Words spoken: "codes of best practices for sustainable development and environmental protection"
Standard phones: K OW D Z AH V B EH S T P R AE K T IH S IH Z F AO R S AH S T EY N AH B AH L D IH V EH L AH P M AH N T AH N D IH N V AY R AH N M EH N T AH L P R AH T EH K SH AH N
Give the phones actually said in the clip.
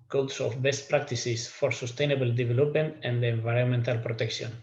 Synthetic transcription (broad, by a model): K OW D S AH F B EH S T P R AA K T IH S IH S F AO R S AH S T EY N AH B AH L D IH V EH L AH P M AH N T AH N D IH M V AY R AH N M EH N T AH L P R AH T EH K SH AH N